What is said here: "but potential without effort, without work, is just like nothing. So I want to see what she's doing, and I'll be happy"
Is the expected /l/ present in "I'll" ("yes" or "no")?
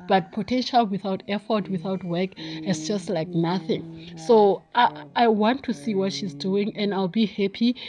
yes